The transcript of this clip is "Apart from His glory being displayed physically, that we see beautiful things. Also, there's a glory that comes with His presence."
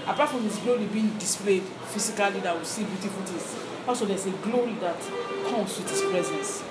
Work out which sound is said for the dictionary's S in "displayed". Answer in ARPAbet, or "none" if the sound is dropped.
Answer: S